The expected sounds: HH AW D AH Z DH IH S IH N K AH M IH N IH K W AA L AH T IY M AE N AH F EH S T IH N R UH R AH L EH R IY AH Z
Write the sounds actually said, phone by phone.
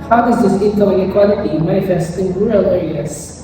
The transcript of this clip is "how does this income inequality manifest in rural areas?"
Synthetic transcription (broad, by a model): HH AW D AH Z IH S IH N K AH IH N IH K W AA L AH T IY M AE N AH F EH S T IH N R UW R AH L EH R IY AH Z